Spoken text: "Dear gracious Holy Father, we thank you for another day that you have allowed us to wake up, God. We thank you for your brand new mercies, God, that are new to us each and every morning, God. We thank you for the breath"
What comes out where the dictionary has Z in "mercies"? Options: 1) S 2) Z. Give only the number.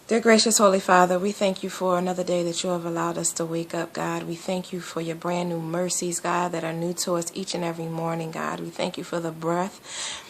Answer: 2